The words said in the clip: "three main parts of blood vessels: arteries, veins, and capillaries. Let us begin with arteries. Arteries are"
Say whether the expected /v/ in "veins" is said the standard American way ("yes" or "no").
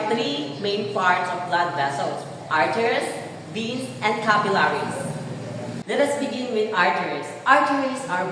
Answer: no